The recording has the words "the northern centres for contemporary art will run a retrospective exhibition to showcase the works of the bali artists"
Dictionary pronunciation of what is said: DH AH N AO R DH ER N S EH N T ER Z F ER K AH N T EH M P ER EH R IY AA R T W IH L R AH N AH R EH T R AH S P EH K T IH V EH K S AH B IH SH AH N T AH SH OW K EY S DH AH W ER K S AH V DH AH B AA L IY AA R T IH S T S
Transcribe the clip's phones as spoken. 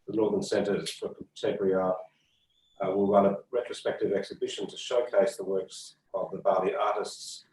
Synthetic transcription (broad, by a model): DH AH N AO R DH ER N S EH N T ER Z F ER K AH T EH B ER R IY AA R W IH L R AH N AH R EH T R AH S P EH K T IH V EH K S AH B IH SH AH N T AH SH OW K EY S DH AH W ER K S AH V DH AH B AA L IY AA R T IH S T S